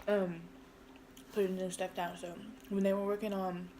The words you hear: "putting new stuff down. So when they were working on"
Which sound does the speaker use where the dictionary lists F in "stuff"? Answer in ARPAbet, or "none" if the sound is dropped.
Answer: P